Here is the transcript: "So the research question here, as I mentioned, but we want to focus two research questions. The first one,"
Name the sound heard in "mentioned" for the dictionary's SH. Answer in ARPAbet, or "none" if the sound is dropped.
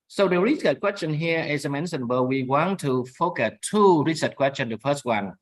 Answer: S